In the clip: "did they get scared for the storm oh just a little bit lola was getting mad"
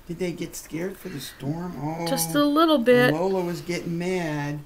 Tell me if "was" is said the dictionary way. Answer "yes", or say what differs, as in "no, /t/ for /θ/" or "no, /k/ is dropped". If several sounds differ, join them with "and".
yes